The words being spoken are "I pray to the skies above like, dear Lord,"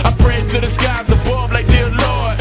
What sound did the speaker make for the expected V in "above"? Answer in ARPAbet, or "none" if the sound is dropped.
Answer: B